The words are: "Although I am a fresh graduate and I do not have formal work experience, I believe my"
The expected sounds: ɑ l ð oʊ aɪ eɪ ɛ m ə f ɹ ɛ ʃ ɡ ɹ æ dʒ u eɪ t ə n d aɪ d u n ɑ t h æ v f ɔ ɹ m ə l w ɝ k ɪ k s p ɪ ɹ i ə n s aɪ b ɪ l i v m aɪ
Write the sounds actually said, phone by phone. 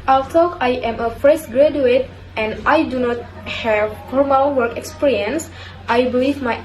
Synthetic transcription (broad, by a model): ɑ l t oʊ aɪ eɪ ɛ m ə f ɹ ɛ s ɡ ɹ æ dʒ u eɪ t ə n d aɪ d u n ɑ t h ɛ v f ɔ ɹ m ə l w ɝ k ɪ k s p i ɹ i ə n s aɪ b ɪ l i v m aɪ